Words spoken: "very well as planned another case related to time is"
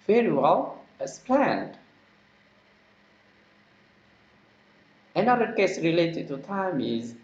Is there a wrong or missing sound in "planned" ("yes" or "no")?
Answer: no